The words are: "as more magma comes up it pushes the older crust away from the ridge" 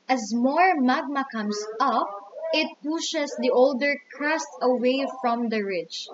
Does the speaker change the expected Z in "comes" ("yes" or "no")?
yes